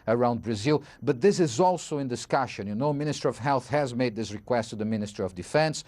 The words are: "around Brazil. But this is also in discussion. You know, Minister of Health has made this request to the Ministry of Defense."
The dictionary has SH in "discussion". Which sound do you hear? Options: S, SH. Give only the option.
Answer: SH